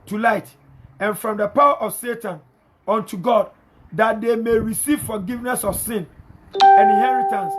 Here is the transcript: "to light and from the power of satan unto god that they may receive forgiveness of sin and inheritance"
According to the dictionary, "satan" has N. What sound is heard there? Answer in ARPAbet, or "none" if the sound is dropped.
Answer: N